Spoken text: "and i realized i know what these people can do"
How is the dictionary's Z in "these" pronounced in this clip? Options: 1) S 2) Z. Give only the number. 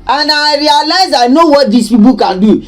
1